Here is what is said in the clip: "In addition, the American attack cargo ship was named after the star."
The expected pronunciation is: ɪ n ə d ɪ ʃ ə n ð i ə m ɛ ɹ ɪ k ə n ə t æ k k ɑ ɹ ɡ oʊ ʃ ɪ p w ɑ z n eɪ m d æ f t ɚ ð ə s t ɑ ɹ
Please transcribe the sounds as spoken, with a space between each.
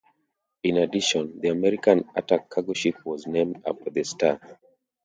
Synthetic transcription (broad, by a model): ɪ n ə d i ʃ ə n ð i ə m ɛ ɹ ɪ k ə n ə t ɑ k k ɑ ɡ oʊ ʃ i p w ɑ z n eɪ m d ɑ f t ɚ ð ə s t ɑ